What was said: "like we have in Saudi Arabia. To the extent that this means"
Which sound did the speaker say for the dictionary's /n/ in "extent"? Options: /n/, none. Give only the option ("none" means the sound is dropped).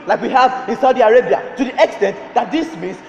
/n/